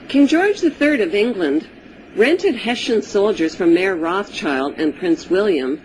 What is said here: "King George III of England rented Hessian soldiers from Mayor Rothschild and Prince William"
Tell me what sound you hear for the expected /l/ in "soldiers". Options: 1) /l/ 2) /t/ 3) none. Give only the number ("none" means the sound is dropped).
1